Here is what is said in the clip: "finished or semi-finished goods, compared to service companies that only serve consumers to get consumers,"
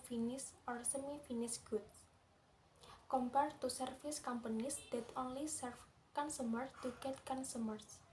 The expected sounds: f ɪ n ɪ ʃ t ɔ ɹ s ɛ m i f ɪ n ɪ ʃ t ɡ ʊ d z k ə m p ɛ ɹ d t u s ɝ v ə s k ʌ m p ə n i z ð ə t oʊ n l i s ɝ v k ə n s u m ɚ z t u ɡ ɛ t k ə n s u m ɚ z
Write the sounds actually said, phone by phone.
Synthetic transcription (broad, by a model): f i n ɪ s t ɔ ɹ s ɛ m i f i n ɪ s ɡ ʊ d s k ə m p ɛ ɹ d t u s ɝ f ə s k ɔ m p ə n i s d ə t oʊ n l i s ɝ f k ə n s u m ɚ s t u ɡ ɛ t k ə n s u m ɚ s